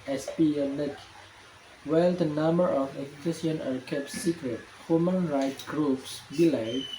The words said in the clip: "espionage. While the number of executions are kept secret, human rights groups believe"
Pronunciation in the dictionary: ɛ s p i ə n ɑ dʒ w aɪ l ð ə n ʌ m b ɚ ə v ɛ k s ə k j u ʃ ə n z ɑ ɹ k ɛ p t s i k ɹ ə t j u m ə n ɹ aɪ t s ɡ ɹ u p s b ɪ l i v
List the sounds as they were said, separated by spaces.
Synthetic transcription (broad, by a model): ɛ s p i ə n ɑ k w aɪ l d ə n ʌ m b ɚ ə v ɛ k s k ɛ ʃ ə n ɑ ɹ k ɛ p t s i k ɹ ə t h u m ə n ɹ aɪ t ɡ ɹ u p s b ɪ l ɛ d